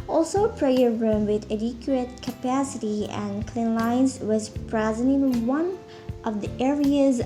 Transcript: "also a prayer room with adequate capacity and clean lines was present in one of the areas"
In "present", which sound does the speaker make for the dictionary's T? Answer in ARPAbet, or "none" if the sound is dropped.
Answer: none